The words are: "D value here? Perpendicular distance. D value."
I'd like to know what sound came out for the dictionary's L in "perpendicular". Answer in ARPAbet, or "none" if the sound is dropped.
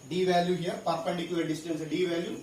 none